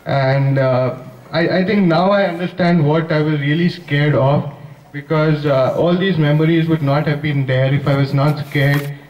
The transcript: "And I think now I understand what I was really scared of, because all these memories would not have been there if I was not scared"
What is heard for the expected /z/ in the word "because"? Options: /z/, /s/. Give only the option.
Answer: /z/